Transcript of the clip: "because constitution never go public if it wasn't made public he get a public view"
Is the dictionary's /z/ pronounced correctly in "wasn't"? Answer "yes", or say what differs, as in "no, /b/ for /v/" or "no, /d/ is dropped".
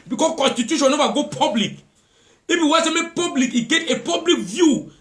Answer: no, /s/ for /z/